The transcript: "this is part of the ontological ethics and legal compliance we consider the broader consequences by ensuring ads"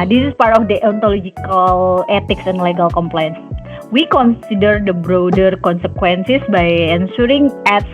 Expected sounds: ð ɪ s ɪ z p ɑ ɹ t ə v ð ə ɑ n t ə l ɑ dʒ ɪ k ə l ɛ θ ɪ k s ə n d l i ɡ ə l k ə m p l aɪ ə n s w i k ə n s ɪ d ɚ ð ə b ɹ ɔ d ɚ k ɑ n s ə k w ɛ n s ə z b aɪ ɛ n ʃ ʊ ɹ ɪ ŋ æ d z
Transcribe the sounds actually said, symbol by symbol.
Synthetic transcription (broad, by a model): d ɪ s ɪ s p ɑ ɹ t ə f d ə ɑ n t ə l ɑ dʒ ɪ k ə l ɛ t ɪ k s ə n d l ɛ ɡ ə l k ə m p l aɪ ə n s w i k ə n s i d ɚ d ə b ɹ ɔ d ɚ k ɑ n s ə k w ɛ n s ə s b aɪ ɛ n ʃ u ɹ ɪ ŋ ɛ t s